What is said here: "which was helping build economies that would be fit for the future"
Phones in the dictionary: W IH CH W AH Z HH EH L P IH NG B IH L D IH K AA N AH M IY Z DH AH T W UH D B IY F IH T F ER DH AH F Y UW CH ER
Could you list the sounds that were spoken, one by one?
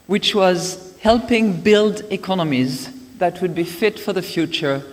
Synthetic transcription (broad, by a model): W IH CH W AH Z HH EH L P IH NG B IH L D IH K AA N AH M IY Z DH AH T W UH D B IY F IH T F ER DH AH F Y UW CH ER